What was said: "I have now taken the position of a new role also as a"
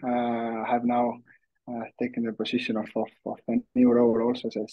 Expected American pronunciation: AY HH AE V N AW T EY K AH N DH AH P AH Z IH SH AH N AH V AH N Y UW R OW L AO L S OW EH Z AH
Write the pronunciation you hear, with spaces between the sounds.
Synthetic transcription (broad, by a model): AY HH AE V N AW T EY K AH N DH AH P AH S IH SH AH N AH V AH N Y UW R OW L AO L S OW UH S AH